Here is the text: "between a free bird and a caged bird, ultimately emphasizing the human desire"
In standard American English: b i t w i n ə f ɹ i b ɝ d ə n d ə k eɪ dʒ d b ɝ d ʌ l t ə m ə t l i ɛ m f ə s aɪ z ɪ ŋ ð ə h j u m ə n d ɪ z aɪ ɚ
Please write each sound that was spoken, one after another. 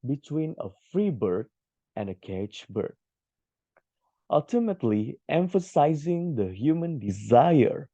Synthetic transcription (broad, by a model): b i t w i n ə f ɹ i b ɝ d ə n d ə k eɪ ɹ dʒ b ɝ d ʌ l t ə m ə t l i ɛ m f ə s aɪ z ɪ ŋ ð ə h j u m ə n d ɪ z aɪ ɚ